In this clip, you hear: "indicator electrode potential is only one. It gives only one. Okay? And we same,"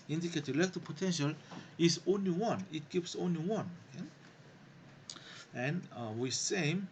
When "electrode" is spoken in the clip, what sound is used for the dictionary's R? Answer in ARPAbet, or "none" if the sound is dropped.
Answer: none